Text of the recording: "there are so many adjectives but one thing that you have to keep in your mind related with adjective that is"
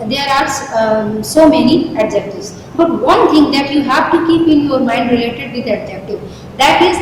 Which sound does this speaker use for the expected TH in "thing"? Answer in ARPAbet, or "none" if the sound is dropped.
T